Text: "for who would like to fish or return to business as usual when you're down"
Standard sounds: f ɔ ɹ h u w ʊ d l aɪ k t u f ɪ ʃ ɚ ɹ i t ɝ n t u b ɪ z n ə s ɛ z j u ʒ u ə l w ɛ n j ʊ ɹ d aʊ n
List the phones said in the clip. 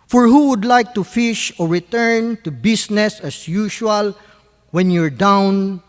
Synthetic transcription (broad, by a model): f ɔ ɹ h u w ʊ d l aɪ k t u f ɪ ʃ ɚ ɹ i t ɝ n t u b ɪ s n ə s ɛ s j u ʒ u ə l w ɛ n j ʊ ɹ d aʊ n